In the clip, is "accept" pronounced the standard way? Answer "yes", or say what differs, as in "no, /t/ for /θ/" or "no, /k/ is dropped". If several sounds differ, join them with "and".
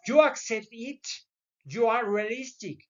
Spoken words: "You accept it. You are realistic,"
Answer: no, /p/ is dropped